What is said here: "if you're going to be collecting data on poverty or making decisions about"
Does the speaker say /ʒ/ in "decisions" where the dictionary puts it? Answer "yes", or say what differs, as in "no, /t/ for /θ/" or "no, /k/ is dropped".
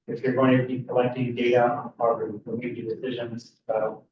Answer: yes